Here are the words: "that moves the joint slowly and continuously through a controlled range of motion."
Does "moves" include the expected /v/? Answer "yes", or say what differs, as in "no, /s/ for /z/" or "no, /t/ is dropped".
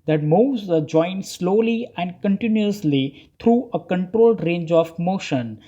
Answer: no, /v/ is dropped